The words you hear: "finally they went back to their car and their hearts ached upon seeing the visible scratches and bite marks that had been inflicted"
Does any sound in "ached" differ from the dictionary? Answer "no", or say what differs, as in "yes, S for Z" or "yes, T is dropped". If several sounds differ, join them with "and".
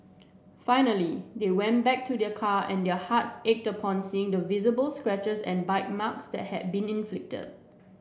no